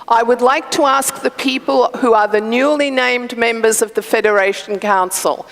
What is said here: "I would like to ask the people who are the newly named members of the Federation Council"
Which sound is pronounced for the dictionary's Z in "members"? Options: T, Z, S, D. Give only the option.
Z